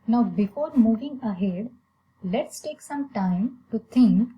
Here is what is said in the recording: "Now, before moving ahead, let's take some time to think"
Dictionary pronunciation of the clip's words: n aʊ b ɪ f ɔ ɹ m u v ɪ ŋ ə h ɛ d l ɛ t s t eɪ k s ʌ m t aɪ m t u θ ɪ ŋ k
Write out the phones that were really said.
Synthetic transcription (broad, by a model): n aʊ b ɪ f ɔ ɹ m u v ɪ ŋ ə h ɛ d l ɛ t s t eɪ k s ʌ m t aɪ m t u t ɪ ŋ k